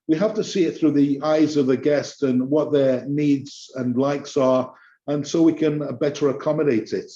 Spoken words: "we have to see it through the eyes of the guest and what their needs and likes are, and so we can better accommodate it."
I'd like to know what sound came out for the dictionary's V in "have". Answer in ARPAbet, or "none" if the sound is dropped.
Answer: F